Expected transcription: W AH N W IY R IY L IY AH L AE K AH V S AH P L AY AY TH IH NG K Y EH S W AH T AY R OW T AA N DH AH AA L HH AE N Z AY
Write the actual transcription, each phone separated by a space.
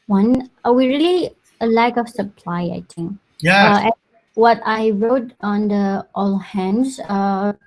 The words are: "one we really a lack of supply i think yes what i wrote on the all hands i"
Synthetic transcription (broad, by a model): W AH N W IY R IY L IY AH L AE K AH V S AH P L AY AY T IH NG K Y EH W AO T AY R OW T AA N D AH AA L HH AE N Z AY